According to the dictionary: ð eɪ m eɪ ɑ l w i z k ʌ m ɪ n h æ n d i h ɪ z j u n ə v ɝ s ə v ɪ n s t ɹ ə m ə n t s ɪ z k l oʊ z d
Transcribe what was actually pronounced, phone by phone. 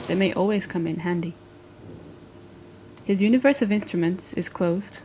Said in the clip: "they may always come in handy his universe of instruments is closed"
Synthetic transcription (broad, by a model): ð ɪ m eɪ ɑ l w i z k ʌ m ɪ n h æ n d i h ɪ z j u n ə v ɝ s ə v ɪ n s t ɹ ə m ə n t s ɪ z k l oʊ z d